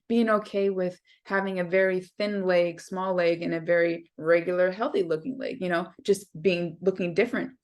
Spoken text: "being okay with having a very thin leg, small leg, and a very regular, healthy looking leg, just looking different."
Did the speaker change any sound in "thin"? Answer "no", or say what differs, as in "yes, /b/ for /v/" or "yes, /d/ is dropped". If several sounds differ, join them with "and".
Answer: no